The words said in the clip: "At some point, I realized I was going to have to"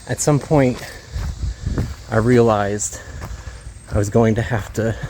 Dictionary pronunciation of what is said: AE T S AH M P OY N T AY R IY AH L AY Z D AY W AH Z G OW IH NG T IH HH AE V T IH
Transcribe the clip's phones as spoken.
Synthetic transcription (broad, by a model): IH T S AH M P OY N T AY R IY AH L AY Z D AY W AH Z G OW IH NG T IH HH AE F T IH